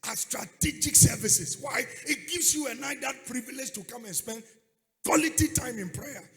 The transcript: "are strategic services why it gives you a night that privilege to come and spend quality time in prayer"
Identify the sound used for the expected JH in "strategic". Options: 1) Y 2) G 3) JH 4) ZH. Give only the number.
3